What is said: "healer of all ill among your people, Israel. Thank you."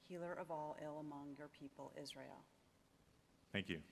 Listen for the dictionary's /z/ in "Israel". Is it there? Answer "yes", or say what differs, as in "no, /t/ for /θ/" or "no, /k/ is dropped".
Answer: yes